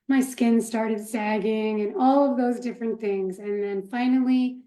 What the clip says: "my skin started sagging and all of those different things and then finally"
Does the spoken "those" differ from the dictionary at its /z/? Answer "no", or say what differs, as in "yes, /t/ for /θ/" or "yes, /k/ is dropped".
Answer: no